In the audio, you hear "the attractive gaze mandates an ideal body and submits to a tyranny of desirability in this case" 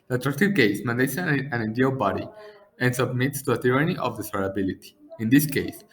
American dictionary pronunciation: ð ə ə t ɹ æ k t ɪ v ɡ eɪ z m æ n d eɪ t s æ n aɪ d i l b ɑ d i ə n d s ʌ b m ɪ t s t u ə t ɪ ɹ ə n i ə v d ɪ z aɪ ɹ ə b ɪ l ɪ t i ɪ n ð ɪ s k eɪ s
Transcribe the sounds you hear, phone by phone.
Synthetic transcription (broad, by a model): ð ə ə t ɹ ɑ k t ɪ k eɪ s m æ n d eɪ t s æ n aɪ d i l b ɑ d i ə n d s ʌ b m ɪ t s t u ə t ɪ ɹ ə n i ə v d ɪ s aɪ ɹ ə b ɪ l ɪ t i ɪ n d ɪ s k eɪ s